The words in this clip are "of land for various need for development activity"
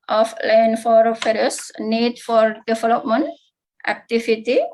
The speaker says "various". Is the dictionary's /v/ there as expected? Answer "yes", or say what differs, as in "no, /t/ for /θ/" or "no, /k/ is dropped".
no, /f/ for /v/